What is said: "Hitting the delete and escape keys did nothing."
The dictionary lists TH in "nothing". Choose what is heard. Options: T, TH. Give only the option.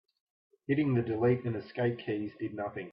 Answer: TH